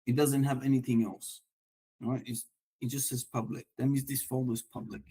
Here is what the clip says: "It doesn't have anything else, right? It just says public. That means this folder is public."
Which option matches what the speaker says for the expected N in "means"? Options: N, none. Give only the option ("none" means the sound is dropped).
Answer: none